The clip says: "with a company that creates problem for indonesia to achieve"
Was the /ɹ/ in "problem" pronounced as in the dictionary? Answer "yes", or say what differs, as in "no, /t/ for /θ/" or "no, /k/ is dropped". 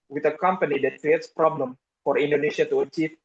yes